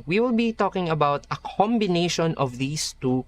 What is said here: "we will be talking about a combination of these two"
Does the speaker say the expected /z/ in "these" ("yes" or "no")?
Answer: no